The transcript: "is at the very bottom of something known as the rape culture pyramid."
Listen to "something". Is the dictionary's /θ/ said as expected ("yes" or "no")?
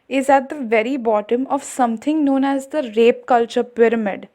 no